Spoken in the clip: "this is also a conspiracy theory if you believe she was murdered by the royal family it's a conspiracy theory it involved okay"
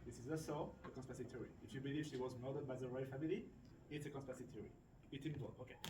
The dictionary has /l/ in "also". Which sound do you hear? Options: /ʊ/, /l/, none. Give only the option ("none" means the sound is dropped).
none